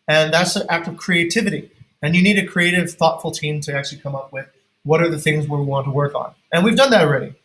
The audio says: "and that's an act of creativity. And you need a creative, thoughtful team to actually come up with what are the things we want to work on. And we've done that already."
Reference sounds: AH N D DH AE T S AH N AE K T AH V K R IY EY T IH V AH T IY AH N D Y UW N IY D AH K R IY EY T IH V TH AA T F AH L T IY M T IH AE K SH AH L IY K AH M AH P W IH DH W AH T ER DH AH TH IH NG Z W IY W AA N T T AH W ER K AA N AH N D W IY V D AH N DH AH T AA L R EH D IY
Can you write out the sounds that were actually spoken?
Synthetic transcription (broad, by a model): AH N DH AE T S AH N AE K T AH V K R IY EY T IH V AH T IY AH N Y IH N IY D AH K R IY EY T IH V TH AA T F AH L T IY M T IH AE K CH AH L IY K AH M AH P W IH DH W AH T ER DH AH TH IH NG Z W IY W AA N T T AH W ER K N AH N W IY V D AH N DH AH T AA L R EH D IY